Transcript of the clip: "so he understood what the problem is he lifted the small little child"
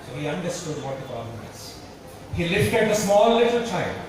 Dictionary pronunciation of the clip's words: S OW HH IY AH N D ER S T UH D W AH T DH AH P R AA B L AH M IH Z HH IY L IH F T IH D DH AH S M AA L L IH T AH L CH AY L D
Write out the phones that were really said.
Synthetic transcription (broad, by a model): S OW HH IY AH N D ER S T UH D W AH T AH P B AH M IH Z HH IY L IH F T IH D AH S M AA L L IH T AH L CH AY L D